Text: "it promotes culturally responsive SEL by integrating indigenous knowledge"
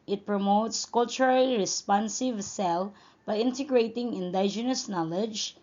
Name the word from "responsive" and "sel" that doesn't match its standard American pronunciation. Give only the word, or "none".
none